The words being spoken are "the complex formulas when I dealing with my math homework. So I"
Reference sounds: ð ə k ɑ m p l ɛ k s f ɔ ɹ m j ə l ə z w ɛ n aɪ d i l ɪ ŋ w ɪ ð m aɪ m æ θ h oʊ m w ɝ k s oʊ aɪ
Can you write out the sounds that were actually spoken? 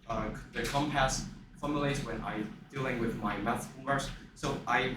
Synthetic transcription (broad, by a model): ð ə k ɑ m p ɛ s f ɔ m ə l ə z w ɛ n aɪ d i l ɪ ŋ w ɪ ð m aɪ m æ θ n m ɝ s s oʊ aɪ